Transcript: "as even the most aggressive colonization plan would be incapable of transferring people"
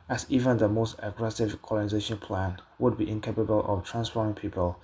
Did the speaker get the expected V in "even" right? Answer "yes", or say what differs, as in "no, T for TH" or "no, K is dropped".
yes